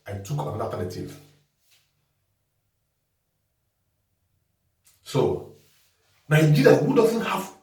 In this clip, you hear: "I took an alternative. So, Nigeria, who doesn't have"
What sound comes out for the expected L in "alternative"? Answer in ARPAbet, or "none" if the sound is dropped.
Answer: none